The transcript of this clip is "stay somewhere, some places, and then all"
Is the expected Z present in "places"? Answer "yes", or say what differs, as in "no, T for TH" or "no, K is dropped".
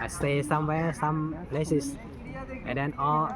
no, S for Z